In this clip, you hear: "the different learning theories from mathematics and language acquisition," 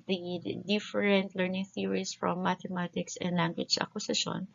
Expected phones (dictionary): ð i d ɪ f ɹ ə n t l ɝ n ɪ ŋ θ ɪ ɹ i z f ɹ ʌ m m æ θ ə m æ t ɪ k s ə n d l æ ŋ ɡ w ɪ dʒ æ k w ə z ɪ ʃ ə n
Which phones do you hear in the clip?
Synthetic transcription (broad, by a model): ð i d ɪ f ɹ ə n t l ɝ n ɪ ŋ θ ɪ ɹ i s f ɹ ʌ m m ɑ t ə m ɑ t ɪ k s ə n d l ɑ ŋ ɡ w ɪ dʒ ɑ k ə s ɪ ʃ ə n